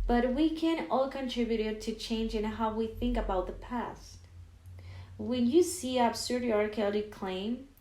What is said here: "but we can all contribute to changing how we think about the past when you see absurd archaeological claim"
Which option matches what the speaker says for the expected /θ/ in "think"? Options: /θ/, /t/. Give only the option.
/θ/